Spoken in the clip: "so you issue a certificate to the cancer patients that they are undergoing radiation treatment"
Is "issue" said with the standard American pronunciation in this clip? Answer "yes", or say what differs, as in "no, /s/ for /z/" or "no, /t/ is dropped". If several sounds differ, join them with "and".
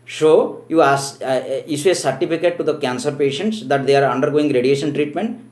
no, /s/ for /ʃ/